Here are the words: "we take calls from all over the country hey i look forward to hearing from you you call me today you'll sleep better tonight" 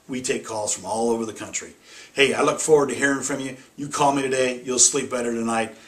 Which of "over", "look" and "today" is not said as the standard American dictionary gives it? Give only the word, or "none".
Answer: none